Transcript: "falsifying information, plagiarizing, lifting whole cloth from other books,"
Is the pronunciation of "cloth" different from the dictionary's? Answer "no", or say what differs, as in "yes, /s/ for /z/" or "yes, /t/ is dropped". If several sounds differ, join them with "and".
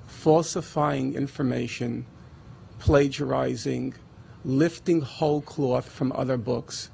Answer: no